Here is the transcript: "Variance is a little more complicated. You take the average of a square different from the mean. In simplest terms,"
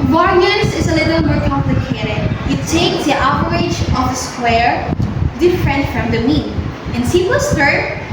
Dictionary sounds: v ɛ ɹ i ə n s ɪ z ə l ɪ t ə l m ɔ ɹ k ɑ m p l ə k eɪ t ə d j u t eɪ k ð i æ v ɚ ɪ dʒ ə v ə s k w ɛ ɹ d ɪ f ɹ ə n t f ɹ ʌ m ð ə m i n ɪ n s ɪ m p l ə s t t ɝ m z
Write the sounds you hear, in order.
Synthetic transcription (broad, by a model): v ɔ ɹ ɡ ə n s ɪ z ə l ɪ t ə l m ɔ ɹ k ɑ m p l ə k eɪ t ə d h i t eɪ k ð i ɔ p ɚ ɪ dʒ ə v ə s k w ɛ ɹ d ɪ f ɹ ə n t f ɹ ʌ m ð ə m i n ɪ n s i p w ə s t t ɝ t